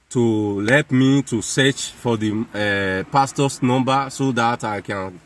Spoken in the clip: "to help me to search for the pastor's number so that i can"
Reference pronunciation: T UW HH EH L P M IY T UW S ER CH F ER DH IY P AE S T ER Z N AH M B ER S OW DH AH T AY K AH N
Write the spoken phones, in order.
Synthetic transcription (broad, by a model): T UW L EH P M IY T UW S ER CH F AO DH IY P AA S T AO S N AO M B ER S OW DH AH T AY K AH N